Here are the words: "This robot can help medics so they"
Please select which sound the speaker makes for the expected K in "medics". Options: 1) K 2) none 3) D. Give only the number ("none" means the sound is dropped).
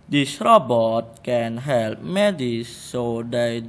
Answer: 2